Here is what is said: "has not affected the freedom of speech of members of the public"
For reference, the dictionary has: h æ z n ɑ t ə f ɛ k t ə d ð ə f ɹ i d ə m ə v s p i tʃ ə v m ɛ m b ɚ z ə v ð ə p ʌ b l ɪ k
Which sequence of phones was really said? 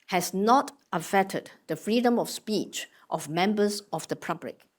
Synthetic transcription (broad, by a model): h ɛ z n ɑ t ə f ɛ t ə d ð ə f ɹ i d ə m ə f s p i tʃ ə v m ɛ m b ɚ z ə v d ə p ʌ b l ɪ k